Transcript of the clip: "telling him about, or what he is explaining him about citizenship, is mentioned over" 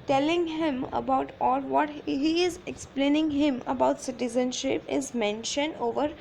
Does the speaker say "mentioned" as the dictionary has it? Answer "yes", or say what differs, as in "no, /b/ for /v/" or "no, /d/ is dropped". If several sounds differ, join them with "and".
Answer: yes